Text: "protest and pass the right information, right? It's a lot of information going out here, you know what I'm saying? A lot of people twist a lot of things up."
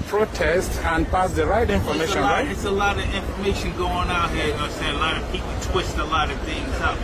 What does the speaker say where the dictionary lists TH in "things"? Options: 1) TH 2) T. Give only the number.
1